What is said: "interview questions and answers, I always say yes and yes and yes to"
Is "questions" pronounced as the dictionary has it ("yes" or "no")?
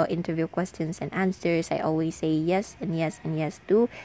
no